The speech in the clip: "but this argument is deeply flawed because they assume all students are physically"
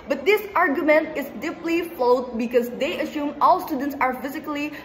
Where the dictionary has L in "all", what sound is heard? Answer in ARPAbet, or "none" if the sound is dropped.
L